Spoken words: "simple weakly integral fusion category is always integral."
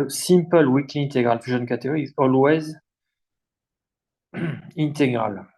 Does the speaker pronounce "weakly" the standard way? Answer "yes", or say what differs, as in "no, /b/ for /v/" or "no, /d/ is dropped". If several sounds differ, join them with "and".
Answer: no, /l/ is dropped